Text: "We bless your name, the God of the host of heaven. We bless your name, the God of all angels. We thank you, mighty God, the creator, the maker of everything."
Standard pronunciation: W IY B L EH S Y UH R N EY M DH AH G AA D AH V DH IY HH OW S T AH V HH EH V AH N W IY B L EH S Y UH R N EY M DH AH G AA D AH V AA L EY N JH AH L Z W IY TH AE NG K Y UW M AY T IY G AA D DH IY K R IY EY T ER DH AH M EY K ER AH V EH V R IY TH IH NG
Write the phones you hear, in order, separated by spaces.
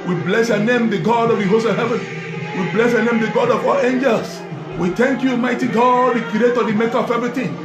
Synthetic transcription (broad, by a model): W IY B L EH S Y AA N EY M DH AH G AA D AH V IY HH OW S AH HH EH V AH N W IY B L EH S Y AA N EY M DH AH G AA D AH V AA L EY N JH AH L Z W IY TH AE NG K Y UW M AY T IY G AA D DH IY K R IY EY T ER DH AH M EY K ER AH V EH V R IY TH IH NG